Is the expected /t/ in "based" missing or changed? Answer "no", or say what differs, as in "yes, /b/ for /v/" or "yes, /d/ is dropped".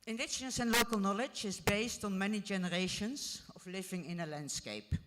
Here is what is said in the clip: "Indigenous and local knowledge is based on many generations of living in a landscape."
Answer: no